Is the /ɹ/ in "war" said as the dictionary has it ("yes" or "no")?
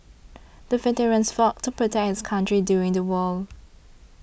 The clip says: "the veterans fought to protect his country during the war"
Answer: no